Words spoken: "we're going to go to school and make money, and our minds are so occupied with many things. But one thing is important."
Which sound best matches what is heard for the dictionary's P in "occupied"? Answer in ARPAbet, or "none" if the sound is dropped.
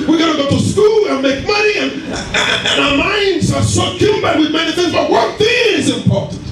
B